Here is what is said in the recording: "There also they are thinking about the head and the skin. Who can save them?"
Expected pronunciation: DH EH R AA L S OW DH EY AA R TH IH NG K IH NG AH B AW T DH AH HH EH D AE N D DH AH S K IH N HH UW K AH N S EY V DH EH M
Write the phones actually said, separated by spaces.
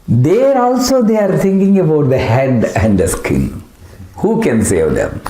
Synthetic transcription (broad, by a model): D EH R AA L S OW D EY AA R T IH NG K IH NG AH B AW T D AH HH EH D AE N D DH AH S K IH L HH UW K AH N S EY V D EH M